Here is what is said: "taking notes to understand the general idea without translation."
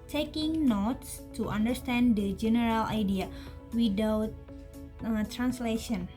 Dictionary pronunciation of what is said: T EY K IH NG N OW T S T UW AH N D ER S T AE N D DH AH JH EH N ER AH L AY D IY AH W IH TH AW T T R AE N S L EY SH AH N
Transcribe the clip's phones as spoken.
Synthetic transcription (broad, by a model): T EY K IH NG N OW T S T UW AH N D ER S T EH N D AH JH EH N ER AH L AY D IY AH W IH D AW T T R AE N S L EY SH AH N